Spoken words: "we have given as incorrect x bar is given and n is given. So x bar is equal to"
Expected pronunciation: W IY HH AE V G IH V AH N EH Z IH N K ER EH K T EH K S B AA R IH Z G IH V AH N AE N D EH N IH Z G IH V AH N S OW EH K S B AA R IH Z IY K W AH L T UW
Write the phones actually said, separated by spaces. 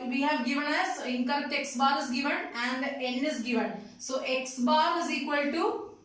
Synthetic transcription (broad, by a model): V IY HH AE V G IH V AH N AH S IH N K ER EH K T EH K S B AA R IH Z G IH V AH N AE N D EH N IH Z G IH V AH N S OW EH K S B AA R IH Z IY K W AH L T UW